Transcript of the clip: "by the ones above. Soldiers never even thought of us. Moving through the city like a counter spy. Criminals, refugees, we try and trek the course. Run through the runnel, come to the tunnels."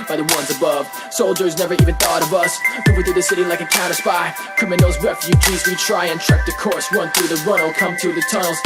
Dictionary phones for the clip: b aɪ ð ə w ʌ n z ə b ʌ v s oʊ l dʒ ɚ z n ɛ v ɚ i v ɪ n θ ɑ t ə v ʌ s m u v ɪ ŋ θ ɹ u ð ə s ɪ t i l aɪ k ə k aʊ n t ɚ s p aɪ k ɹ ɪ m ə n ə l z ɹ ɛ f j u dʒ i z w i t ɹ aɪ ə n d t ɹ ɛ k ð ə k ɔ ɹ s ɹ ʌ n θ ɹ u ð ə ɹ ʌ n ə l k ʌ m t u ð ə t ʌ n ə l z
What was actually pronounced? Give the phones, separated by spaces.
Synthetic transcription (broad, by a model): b aɪ ð ə w ʌ n z ə b ʌ v s oʊ l dʒ ɚ z n ɛ v ɚ i v ɪ n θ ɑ t ə v ʌ s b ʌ w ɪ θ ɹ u ð ə s ɪ t i l aɪ k ə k aʊ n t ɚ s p aɪ k ʌ m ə n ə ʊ z ɹ ɛ f j u dʒ i z w i t ɹ aɪ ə n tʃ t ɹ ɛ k ð ə k ɔ ɹ s ɹ ʌ n θ ɹ u ð ə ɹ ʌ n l k ʌ m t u ð ə t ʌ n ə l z